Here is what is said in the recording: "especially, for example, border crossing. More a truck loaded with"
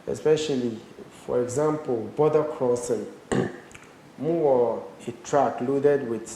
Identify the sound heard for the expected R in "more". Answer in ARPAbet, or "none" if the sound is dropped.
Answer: W